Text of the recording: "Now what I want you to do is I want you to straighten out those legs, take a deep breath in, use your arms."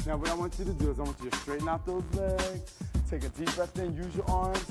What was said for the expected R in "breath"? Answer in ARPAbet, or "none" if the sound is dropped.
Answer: none